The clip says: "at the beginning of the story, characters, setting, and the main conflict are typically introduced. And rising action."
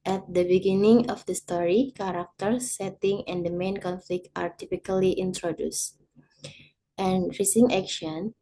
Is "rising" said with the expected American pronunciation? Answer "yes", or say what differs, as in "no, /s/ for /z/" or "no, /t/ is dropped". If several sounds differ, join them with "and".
no, /s/ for /z/